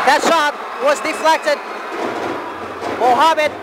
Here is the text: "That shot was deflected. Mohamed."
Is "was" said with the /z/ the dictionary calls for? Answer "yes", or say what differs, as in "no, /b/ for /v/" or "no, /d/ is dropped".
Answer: yes